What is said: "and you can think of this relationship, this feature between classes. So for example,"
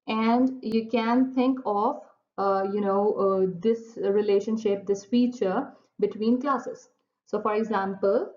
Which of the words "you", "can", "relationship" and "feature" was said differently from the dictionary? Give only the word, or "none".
none